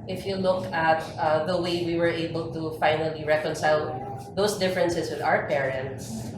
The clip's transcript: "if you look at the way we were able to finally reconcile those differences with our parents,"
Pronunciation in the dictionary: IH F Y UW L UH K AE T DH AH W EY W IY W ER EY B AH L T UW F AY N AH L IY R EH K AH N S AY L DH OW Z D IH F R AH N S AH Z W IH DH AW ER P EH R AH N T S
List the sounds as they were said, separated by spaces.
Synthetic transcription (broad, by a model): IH F Y UW L UH K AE T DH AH W EY W IY W ER EY B AH L T UW F AY N AH L IY R EH K AH N S AY L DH OW S D IH F R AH N S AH S W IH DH AW ER P EH R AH N T S